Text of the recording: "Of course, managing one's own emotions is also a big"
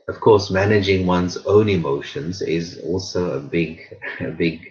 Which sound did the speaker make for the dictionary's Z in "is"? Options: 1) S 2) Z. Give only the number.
2